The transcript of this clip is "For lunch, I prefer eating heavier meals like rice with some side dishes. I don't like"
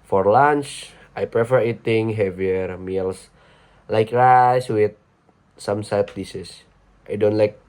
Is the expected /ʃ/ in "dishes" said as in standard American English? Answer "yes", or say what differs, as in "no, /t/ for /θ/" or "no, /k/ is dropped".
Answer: no, /s/ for /ʃ/